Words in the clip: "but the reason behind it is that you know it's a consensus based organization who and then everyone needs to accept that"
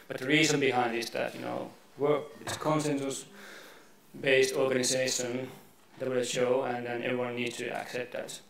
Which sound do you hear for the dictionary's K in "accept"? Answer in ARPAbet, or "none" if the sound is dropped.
K